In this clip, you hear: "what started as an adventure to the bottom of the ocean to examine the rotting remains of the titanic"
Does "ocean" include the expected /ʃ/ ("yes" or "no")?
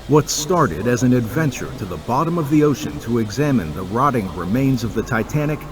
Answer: yes